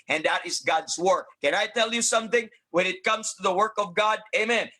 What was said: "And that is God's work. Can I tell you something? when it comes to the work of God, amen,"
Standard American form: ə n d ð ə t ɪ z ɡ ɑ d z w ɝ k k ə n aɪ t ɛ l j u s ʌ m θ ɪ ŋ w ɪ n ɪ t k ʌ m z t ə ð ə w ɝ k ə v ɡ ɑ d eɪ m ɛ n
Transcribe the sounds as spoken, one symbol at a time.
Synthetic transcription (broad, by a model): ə n ð ə t ɪ z ɡ ɑ d z w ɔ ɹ k ə n aɪ t ɛ l j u s ʌ m θ ɪ ŋ w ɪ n ɪ t k ʌ m z t ə ð ə w ɝ k ə v ɡ ɑ d eɪ m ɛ n